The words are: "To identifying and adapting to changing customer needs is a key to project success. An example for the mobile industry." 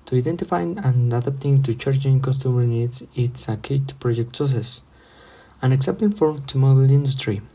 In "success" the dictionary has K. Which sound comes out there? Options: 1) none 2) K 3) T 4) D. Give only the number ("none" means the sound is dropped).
1